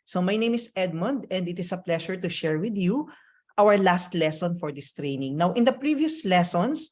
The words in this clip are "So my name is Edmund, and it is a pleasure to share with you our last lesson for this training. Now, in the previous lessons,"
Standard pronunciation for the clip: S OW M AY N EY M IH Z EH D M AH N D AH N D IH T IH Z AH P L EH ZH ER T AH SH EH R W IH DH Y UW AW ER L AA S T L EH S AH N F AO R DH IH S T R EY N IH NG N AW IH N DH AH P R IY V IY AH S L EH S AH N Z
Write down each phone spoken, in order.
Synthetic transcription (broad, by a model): S OW M AY N EY M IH S EH D M AH N D AH N D IH T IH S AH P L EH SH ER T AH SH EH R W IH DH Y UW AW ER L AA S T L EH S AH N F AO R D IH S T R EY N IH NG N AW IH N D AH P R IY V IY AH S L EH S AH N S